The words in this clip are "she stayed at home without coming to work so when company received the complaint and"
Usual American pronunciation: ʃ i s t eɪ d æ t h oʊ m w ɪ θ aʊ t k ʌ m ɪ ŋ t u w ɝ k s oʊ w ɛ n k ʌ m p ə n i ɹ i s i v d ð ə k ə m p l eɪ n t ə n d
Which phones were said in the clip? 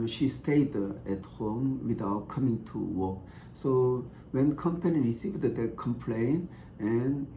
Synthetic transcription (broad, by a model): ʃ i s t eɪ d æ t h oʊ m w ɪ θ aʊ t k ʌ m ɪ ŋ t u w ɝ k s oʊ w ɛ n k ʌ m p ə n i ɹ i s i v d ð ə k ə m p l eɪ n ə n